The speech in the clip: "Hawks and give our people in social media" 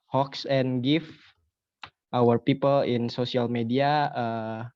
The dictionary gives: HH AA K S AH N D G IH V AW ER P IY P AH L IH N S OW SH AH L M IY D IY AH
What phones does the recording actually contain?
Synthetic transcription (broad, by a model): HH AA K S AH N G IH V AW ER P IY P AH L IH N S OW S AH L M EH D IY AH